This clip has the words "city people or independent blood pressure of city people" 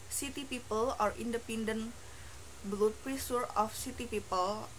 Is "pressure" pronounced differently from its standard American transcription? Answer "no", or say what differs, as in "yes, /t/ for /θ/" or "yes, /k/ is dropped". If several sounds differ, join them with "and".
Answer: yes, /s/ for /ʃ/